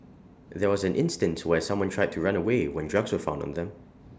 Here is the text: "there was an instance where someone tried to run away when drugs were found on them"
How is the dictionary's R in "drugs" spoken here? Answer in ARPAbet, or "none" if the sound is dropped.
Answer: R